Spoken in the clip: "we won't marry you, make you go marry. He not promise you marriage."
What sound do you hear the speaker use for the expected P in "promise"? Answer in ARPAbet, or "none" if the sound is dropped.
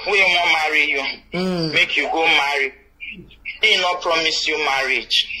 P